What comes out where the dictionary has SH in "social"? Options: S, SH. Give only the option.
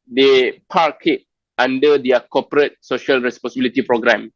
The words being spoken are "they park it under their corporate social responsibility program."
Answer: SH